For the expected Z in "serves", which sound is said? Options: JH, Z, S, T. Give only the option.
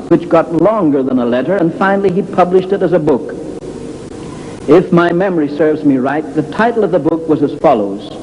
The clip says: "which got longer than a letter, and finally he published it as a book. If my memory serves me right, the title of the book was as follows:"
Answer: Z